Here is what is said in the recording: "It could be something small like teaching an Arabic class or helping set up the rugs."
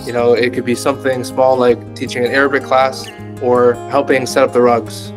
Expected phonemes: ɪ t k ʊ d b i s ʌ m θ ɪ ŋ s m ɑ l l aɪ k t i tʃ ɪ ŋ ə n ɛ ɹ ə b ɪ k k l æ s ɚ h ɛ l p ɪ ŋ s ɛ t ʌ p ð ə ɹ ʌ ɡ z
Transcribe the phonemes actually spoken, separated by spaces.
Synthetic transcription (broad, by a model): ɪ t k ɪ d b i s ʌ m θ ɪ ŋ s m ɑ l l aɪ k t i tʃ ɪ ŋ ə n ɛ ɹ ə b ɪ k k l æ s ɚ h ɛ l p ɪ ŋ s ɛ t ʌ p ð ə ɹ ʌ ɡ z